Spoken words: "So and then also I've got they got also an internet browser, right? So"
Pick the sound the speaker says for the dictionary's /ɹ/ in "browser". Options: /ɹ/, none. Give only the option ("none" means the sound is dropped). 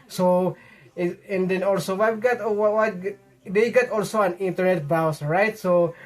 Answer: none